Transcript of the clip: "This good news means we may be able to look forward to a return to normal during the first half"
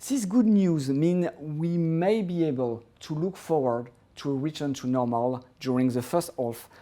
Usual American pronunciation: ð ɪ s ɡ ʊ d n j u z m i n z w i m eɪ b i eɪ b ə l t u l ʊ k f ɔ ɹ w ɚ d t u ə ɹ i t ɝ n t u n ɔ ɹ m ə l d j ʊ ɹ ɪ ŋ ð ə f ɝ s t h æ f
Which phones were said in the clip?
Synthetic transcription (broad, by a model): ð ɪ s ɡ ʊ d n j u z m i n w i m eɪ b i eɪ b ə l t u l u k f ɔ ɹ w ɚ d t u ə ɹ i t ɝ n t u n ɔ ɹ m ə l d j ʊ ɹ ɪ ŋ ð ə f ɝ s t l f